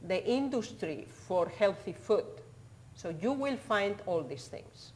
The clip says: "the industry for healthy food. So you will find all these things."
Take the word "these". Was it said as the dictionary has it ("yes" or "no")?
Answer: no